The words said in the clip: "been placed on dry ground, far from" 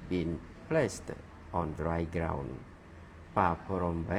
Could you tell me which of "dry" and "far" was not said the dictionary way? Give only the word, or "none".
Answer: far